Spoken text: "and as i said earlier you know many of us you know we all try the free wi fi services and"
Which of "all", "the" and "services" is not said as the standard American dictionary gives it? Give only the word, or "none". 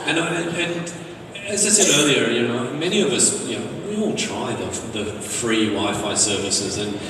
none